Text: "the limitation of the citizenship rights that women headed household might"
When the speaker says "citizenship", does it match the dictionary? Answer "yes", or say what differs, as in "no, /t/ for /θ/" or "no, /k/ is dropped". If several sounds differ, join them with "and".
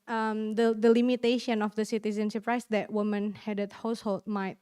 no, /s/ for /ʃ/